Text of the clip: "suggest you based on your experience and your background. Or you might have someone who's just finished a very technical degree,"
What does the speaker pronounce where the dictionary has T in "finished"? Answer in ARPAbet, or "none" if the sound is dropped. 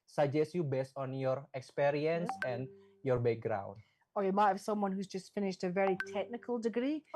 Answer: T